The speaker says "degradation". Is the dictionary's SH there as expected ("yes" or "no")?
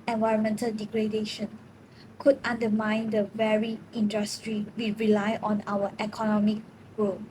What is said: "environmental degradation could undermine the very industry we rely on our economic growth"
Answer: yes